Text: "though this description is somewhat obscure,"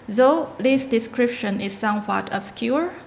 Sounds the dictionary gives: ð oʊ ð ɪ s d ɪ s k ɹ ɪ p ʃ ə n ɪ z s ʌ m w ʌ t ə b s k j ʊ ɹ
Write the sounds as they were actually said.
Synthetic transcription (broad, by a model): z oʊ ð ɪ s d ɪ s k ɹ ɪ p ʃ ə n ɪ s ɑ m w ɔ t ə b s k j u ɹ